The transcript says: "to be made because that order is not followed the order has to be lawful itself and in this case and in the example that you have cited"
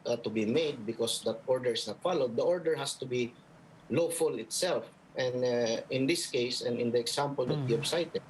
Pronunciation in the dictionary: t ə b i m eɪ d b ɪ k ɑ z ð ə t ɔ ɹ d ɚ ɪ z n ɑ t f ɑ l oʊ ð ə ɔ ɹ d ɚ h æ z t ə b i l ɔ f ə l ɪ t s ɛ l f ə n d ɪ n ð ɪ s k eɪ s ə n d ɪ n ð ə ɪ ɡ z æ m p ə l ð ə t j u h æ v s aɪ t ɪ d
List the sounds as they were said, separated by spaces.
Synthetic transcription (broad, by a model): t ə b i m eɪ d b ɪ k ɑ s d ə t ɔ ɹ d ɚ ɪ s n ɑ t f ɑ l oʊ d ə ɔ ɹ d ɚ h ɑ s t ə b i l ɔ f ə l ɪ t s ɛ l f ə n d ɪ n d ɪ s k eɪ s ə n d ɪ n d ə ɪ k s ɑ m p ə l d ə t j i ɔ b s aɪ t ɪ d